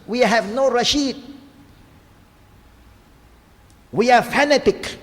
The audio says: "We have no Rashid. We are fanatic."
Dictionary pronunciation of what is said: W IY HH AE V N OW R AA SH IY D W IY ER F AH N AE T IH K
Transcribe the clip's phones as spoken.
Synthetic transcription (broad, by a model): W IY HH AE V N OW R AA SH IY D W IY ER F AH N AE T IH K